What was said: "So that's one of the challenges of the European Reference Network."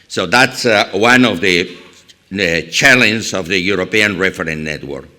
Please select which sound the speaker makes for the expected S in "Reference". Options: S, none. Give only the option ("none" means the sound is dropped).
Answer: none